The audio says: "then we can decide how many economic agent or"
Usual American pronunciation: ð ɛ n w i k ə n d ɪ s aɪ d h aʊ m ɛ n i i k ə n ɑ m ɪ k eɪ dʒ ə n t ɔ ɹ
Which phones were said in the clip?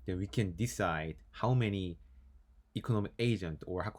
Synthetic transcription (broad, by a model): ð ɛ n w i k ə n d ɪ s aɪ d h aʊ m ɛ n i i k ə n ɑ m ɪ k eɪ dʒ ə n t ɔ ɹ